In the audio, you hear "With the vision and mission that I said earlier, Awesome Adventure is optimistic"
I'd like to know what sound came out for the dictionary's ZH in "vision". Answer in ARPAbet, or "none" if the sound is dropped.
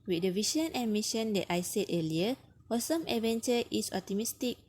SH